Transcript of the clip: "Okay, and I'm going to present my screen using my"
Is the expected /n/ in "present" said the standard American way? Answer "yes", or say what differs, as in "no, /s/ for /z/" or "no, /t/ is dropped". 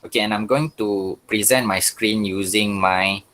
yes